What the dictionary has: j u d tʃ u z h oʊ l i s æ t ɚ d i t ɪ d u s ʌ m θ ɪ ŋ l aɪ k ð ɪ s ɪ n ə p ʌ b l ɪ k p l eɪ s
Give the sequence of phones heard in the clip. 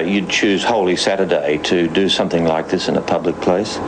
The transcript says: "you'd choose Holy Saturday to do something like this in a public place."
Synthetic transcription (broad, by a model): j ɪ d tʃ u z h oʊ l i s æ t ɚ d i t ɪ d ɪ s ʌ m θ ɪ ŋ l aɪ k ð ɪ s ɪ n ə p ʌ b l ɪ k p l eɪ s